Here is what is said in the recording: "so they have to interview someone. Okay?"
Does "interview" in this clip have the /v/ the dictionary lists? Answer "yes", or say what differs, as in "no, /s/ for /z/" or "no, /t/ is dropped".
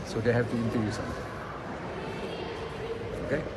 no, /v/ is dropped